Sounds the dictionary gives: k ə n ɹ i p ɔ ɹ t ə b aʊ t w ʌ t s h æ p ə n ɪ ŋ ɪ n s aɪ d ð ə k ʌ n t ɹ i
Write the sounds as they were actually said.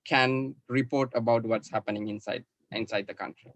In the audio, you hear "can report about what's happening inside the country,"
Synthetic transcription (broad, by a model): k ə n ɹ i p ɔ ɹ t ə b aʊ t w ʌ t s h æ p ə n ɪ ŋ ɪ n s aɪ d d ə k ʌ n t ɹ i